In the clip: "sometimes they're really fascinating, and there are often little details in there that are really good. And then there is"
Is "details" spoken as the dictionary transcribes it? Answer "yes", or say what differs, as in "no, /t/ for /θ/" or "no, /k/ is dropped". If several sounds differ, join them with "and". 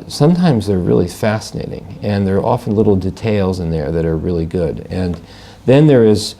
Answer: yes